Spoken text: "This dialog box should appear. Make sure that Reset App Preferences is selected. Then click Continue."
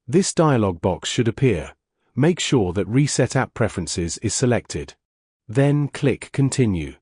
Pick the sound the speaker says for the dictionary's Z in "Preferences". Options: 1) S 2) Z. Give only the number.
2